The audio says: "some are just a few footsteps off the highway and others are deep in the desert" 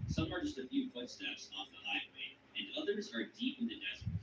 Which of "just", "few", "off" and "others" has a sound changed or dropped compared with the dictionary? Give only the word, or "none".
none